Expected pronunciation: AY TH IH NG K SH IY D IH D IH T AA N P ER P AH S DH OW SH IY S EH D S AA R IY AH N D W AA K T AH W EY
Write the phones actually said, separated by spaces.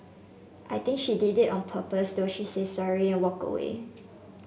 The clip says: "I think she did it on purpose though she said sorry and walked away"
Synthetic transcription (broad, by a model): AY T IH NG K SH IY D IH D IH T AA N P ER P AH S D OW SH IY S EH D S AA R IY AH N W AA K AH W EY